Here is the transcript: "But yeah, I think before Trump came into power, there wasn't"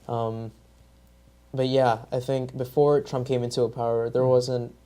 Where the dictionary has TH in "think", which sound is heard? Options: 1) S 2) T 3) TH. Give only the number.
3